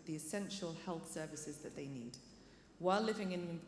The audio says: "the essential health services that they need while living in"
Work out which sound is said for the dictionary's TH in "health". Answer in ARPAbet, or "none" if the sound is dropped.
TH